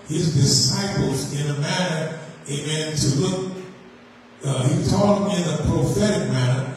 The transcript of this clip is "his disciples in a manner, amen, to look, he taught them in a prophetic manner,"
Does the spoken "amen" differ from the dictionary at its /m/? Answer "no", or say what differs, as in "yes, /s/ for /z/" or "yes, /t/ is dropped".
yes, /m/ is dropped